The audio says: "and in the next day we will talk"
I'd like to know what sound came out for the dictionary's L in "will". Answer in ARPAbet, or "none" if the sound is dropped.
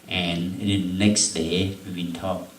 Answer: N